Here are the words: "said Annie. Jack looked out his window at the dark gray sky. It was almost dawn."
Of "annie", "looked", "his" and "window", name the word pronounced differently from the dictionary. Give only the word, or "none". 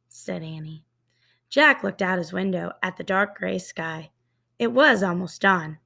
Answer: none